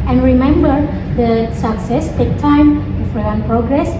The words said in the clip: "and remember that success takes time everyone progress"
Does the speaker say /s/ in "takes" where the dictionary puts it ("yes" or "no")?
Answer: no